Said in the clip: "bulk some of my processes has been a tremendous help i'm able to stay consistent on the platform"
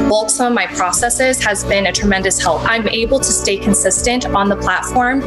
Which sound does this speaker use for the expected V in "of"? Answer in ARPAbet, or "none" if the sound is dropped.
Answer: V